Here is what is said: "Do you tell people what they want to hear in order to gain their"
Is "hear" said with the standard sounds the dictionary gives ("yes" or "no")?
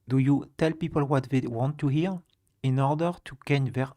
yes